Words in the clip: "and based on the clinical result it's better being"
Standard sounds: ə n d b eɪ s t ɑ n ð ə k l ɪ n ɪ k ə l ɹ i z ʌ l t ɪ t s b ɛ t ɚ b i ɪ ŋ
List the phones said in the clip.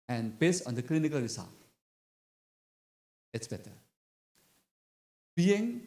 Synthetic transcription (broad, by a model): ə n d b eɪ s ɑ n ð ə k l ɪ n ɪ k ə l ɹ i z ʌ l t ɪ t s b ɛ t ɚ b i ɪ ŋ